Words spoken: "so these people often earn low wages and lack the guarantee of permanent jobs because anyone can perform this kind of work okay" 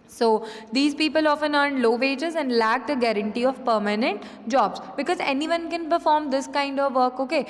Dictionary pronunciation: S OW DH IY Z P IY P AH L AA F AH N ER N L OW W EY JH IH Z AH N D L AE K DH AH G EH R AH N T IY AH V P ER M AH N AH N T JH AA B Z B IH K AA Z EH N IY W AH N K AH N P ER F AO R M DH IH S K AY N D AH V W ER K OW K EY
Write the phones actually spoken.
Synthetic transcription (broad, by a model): S OW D IY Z P IY P AH L AA F AH N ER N L OW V EY JH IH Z AH N D L AE K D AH G EH R AH N T IY AH V P ER M AH N AH N T JH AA B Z B IH K AA Z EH N IY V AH N K AH N P ER F AO R M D IH S K AY N D AH V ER K OW K EY